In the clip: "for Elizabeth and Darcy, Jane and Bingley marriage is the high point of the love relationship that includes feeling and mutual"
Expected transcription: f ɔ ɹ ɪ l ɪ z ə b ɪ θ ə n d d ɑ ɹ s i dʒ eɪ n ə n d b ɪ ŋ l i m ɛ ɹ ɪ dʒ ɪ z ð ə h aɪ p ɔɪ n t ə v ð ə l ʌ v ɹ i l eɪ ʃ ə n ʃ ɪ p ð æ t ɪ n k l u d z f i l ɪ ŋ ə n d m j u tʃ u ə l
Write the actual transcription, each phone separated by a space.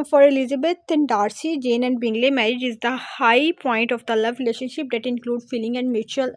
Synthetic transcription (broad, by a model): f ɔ ɹ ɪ l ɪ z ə b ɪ t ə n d d ɑ ɹ s i dʒ eɪ n ə n d b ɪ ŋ l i m ɛ ɹ ɪ dʒ ɪ z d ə h aɪ p ɔɪ n t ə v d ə l ʌ v ɹ i l eɪ ʃ ə n ʃ ɪ p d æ t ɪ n k l u d f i l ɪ ŋ ə n d m j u tʃ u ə l